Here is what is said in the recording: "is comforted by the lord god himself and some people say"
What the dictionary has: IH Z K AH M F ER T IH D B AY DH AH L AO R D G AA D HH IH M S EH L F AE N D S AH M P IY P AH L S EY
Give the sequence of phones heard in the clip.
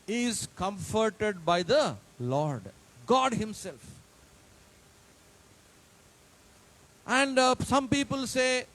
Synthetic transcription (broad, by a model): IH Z K AH M F ER T IH D B AY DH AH L AO R D G AA D HH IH M S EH L F AE N D S AH M P IY P AH L S EY